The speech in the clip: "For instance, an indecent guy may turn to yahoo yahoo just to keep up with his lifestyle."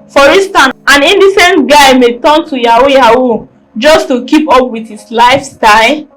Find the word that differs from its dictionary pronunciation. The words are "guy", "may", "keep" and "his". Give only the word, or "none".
his